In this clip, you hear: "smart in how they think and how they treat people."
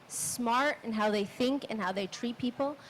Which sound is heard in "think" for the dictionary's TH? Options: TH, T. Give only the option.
TH